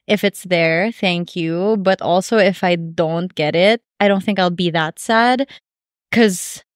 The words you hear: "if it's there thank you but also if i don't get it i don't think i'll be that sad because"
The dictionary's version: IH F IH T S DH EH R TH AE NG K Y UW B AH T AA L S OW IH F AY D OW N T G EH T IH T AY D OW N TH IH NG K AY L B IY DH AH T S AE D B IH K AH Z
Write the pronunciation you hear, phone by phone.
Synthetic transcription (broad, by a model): IH F IH T S DH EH R TH AE NG K Y UW B AH T AA L S OW IH F AY D OW N T G EH T IH T AY D OW N TH IH NG K AY L B IY DH AH T S AE D K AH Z